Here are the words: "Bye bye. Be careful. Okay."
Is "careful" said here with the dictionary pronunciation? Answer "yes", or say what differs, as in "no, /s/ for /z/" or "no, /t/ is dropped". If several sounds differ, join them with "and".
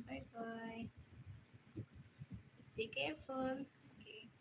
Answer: no, /n/ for /l/